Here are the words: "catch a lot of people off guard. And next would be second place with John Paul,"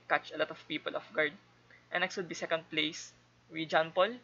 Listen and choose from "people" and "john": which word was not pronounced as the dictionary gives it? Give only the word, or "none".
none